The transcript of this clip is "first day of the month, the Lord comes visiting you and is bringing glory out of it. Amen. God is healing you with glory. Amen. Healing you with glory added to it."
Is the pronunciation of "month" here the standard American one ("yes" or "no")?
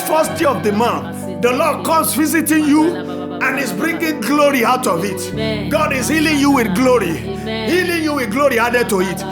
no